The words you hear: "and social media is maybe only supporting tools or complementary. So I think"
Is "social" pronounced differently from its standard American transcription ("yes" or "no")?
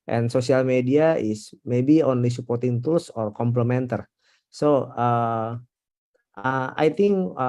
yes